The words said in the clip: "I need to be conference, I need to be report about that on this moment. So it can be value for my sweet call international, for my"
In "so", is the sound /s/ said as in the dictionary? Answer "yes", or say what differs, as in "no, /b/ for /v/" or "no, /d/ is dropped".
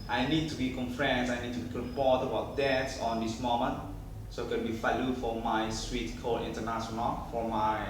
yes